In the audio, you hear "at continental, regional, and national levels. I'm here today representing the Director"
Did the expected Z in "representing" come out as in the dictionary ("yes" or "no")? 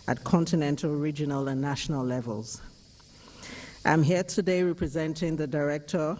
yes